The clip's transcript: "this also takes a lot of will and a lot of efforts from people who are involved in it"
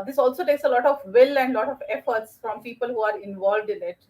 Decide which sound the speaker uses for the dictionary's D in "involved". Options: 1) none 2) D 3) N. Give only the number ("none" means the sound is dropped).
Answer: 2